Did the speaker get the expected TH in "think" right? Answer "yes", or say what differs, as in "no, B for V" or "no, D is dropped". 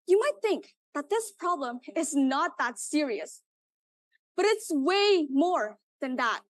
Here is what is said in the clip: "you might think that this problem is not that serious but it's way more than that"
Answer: yes